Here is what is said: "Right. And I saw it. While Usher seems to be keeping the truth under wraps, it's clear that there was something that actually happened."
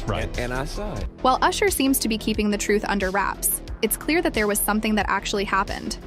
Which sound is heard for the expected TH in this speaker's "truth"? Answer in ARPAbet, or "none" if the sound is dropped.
TH